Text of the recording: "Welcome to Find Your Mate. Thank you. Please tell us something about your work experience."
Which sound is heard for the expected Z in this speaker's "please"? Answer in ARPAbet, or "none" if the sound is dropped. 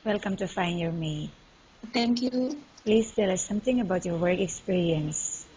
S